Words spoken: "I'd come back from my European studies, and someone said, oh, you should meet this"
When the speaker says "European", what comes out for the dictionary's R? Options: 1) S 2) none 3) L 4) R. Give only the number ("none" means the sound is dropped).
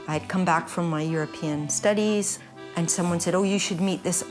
4